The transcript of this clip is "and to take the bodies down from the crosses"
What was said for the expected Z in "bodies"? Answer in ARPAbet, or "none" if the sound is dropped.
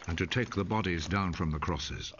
Z